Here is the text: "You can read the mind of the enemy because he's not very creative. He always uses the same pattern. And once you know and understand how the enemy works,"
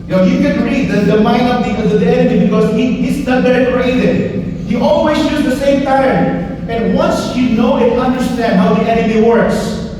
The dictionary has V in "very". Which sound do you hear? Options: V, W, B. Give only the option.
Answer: B